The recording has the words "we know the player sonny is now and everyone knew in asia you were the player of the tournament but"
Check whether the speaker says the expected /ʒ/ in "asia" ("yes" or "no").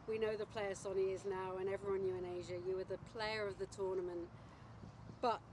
yes